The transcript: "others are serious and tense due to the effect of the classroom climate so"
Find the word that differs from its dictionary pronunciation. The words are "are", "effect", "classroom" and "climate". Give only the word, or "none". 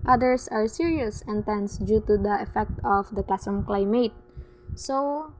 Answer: classroom